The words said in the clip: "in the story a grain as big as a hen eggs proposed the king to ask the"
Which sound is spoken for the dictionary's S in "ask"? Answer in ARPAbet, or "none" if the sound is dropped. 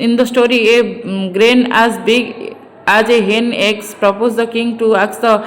none